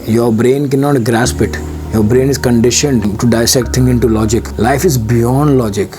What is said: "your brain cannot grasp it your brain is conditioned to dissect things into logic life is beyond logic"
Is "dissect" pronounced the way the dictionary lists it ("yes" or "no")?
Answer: yes